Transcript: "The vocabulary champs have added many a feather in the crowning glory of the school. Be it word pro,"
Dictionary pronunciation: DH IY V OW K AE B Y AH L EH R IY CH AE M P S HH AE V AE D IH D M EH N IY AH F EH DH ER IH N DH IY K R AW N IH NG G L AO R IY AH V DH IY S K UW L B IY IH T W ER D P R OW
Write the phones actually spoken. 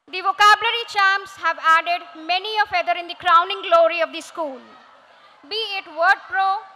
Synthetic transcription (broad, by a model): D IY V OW K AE B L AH R IY CH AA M S HH AE V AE D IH D M EH N IY AH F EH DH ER IH N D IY K R AW N IH NG G L AO R IY AH V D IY S K UW L B IY IH T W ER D P R OW